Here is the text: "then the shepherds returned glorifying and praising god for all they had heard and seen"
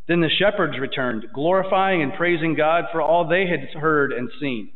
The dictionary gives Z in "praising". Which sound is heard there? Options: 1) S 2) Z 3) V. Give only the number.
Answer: 2